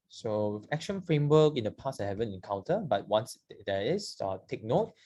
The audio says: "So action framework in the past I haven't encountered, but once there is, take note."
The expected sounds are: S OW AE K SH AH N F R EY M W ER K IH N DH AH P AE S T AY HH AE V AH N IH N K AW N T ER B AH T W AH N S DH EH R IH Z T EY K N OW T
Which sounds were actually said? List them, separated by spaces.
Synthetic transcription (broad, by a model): S OW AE K SH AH N F R EY M W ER K IH N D AH P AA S AY HH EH V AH N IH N K AW N T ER B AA T W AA N S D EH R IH S T EY K N OW T